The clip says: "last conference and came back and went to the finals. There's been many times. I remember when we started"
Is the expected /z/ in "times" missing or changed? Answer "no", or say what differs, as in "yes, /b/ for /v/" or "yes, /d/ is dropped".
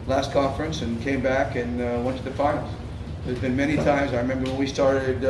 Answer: no